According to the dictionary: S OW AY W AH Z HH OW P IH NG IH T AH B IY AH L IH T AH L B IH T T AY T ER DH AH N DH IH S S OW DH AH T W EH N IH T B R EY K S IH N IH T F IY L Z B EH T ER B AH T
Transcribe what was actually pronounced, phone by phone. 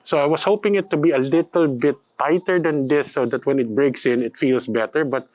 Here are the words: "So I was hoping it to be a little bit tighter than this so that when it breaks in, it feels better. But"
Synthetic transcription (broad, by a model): S OW AY W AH S HH OW P IH NG IH T AH B IY AH L IH T AH L B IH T T AY T ER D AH N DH IH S S OW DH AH T W EH N IH T B R EY K S IH N IH T F IY L S B EH T ER B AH T